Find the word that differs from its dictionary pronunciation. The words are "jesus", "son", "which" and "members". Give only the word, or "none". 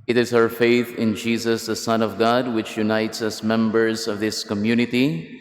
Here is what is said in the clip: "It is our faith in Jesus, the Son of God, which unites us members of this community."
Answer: none